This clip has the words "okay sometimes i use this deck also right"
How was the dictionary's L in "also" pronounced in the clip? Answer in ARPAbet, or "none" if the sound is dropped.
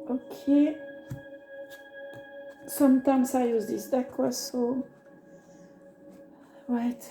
none